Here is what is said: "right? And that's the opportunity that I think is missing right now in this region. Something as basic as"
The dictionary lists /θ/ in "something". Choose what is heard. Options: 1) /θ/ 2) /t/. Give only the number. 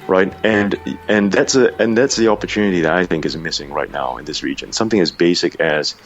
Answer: 1